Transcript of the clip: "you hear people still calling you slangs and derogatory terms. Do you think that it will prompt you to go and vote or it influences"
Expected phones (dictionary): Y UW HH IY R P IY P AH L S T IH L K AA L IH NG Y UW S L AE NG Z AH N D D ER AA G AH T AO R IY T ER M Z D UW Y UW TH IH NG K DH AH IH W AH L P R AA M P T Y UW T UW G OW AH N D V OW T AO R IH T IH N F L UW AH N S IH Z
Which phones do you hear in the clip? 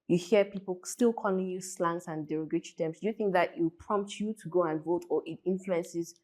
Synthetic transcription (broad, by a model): Y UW HH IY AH P IY P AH L S T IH L K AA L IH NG Y UW S L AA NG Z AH N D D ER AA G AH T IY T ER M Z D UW Y UW TH IH NG K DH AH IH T P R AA M P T Y UW T UW G OW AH N V OW T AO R IH T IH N F L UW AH N S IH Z